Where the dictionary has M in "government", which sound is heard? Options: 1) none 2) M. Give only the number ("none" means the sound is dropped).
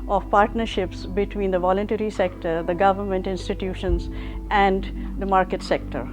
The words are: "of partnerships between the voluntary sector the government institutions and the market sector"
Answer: 2